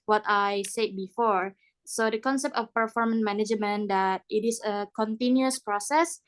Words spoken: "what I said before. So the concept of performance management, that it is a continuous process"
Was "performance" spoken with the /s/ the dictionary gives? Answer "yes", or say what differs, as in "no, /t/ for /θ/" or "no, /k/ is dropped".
no, /s/ is dropped